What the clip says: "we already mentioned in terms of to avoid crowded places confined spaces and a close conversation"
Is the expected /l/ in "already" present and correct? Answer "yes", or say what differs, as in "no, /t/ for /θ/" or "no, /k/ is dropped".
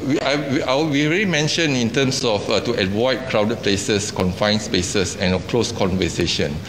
no, /w/ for /l/